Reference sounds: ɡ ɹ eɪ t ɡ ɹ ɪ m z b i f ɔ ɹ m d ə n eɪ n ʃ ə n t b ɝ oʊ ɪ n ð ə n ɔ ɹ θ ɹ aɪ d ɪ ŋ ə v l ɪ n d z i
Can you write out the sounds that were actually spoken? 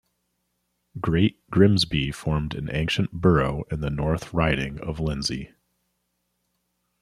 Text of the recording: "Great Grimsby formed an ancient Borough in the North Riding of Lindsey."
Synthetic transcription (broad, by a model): ɡ ɹ eɪ t ɡ ɹ ɪ m z b i f ɔ ɹ m d ə n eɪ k ʃ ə n b ɝ oʊ ɪ n ð ə n ɔ ɹ θ ɹ aɪ d ɪ ŋ ə v l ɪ n z i